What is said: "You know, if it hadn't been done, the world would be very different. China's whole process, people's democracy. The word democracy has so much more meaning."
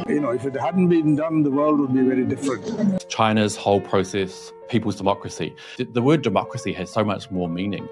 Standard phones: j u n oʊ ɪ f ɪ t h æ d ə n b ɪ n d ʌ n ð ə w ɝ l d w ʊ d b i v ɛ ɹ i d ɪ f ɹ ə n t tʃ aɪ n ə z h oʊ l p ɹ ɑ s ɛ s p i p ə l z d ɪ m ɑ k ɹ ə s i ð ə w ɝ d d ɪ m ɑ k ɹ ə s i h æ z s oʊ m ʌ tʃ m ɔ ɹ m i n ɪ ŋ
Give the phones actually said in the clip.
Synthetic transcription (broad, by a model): j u n oʊ ɪ f ɪ t h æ d n b ɪ n d ʌ n ð ə w ɝ l d w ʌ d b i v ɛ ɹ i d ɪ f ɹ ə n t tʃ aɪ n ə z h oʊ l p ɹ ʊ s ɛ s p i p ə l z d ɪ m ɑ k ɹ ə s i ð ə w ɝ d d ɪ m ɑ k ɹ ə s i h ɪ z s oʊ m ʌ tʃ m ɔ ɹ m i n ɪ ŋ